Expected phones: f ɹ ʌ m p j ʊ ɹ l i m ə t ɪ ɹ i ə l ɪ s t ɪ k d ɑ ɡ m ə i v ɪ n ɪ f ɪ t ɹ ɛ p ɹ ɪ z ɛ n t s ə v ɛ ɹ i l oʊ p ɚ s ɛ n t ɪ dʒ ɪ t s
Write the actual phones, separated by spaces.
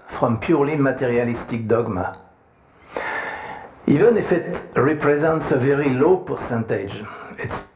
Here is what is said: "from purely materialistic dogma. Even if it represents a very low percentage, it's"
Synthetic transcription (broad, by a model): f ɹ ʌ m p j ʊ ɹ l i m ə t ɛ ɹ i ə l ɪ s t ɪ k d ɑ ɡ m ə i v ɪ n ɪ f ɪ t ɹ ɛ p ɹ ɪ z ɛ n t s ə v ɛ ɹ i l oʊ p ɚ s ɛ n t ɪ dʒ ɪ t s